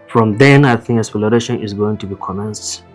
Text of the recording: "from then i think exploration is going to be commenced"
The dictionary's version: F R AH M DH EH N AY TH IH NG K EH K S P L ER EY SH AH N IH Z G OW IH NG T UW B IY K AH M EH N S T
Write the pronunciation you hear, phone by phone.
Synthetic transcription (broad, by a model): F R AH M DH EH N AY TH IH NG K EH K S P L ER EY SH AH N IH Z G OW IH NG T UW B IY K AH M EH N S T